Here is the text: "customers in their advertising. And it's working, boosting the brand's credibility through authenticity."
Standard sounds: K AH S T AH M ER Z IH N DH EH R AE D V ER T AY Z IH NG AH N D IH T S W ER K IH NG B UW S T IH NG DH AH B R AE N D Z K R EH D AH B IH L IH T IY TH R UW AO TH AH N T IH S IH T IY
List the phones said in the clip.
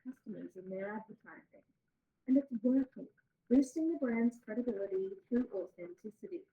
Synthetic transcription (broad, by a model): K AH S T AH M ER Z IH N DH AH R AE D V ER T AY Z IH NG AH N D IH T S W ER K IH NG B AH S T IH NG DH AH B R AE N D Z K R EH D AH B IH L IH T IY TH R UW AO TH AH N T IH S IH T IY